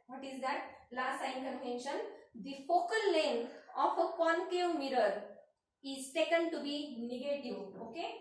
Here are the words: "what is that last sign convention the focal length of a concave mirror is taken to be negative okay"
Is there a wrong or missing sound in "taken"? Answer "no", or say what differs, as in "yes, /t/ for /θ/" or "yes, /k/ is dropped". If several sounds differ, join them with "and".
yes, /s/ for /t/